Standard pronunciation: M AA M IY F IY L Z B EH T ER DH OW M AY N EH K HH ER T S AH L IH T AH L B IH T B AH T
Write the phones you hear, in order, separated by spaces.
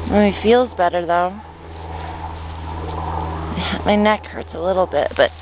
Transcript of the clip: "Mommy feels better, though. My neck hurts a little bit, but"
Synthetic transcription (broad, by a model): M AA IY F IY L Z B EH T ER DH OW M AY N EH K HH ER T S AH L IH T L B IH T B AH T